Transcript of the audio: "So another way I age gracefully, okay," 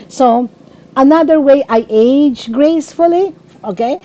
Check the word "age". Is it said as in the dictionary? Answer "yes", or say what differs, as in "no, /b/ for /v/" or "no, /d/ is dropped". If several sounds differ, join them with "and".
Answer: yes